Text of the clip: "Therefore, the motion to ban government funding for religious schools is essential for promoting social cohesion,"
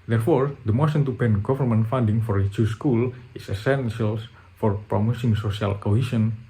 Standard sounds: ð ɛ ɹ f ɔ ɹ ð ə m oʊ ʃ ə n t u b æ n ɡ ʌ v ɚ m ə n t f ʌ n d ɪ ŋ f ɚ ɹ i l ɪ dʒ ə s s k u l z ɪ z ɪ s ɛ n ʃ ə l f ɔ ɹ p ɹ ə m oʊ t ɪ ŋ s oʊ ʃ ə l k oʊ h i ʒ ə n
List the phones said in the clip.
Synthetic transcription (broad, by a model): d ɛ ɹ f ɔ ɹ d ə m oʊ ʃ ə n t u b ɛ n ɡ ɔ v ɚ m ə n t f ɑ n d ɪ ŋ f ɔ ɹ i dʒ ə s s k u l ɪ s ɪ s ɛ n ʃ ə l f ɔ ɹ p ɹ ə m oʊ s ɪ ŋ s oʊ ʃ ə l k oʊ h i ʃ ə n